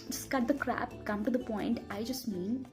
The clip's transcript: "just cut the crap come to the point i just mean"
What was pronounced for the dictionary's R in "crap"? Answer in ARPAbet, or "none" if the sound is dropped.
R